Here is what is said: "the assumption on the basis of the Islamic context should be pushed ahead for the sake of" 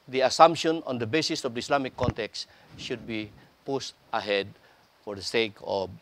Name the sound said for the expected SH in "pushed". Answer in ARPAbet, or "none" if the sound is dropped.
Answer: S